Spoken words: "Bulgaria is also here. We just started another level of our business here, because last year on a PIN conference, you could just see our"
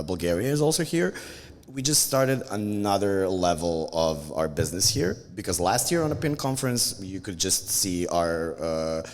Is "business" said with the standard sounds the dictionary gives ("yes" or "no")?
yes